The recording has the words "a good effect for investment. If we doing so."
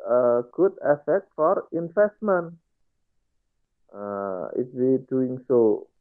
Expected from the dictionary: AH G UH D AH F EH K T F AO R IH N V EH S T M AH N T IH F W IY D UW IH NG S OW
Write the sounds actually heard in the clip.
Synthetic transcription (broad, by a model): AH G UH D AH F EH K T F AO R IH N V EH S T M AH N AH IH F W IY D UW IH NG S OW